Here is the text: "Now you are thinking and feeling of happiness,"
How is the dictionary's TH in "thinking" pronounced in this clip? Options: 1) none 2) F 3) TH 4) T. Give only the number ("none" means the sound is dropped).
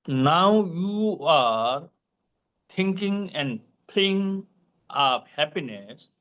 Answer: 4